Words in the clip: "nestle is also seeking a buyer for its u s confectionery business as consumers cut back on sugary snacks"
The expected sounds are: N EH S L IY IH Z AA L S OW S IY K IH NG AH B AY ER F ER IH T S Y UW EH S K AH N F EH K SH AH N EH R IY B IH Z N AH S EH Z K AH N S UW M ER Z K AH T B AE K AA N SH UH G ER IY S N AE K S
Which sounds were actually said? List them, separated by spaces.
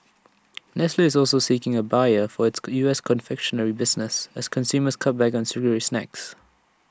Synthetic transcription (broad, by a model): N EH S L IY IH Z AA L S OW S IY K IH NG AH B AY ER F ER IH T S Y UW EH S K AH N F EH K SH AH N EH R IY B IH Z N AH S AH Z K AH N S UW M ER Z K AH T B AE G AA N S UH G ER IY S N AE K S